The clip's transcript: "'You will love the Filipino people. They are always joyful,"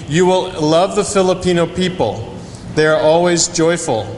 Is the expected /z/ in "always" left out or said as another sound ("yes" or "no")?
no